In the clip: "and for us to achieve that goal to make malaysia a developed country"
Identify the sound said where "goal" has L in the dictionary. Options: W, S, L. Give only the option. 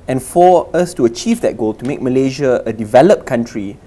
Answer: L